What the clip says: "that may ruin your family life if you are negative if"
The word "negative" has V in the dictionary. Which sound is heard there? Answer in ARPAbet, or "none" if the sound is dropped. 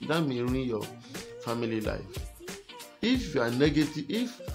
none